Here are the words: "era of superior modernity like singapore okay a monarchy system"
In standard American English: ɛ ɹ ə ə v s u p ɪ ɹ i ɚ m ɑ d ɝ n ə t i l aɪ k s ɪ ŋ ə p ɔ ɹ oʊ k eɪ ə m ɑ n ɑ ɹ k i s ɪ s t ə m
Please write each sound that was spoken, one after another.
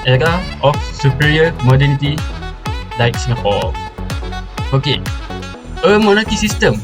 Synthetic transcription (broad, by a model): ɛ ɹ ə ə f s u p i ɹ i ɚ m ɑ d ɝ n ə t i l aɪ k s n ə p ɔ l oʊ k eɪ ə m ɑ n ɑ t i s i s t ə m